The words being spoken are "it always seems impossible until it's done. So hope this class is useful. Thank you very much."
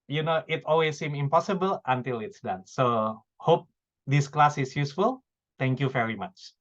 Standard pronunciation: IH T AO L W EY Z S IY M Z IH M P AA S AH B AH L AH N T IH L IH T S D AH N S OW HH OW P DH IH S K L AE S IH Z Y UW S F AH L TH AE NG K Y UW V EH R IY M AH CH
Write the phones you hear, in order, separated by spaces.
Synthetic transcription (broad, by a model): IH T AO L W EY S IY M IH M P AA S AH B AH L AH N T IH L IH T S D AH N S OW HH OW P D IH S K L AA S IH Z Y UW S F AH L T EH NG K Y UW V EH R IY M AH CH